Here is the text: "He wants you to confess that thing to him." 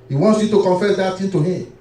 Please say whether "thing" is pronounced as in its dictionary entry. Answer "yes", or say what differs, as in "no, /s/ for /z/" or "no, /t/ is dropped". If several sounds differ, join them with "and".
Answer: no, /t/ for /θ/